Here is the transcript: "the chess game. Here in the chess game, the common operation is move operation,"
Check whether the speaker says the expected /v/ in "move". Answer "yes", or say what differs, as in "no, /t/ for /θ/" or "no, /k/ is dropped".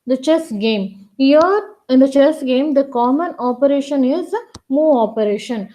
no, /v/ is dropped